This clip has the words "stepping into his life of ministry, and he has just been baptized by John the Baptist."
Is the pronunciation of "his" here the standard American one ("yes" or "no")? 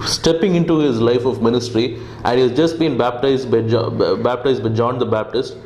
yes